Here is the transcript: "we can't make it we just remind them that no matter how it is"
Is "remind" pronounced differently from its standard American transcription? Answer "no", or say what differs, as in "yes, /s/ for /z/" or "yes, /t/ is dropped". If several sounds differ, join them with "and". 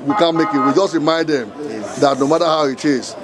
yes, /n/ is dropped